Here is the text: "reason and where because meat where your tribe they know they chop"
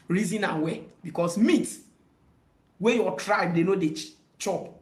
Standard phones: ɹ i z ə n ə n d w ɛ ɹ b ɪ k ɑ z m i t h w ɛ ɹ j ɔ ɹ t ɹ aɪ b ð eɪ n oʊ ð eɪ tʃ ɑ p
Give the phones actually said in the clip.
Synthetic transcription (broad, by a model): ɹ i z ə n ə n w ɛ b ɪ k ɑ s m i t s w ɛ j ɔ t ɹ aɪ b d eɪ n oʊ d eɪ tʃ ɑ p